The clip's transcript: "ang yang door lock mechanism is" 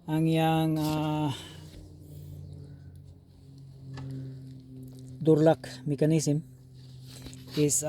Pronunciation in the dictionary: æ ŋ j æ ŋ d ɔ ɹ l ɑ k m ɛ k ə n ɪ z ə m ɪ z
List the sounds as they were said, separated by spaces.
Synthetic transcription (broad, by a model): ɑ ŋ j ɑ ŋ d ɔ ɹ l ɑ k m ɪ k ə n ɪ s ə m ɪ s